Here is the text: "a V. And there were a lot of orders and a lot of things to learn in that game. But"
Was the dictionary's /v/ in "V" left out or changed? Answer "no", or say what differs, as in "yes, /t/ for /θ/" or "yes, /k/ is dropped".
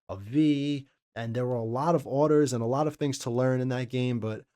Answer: no